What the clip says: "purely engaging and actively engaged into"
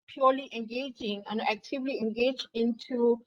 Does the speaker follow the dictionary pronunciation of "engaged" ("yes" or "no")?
no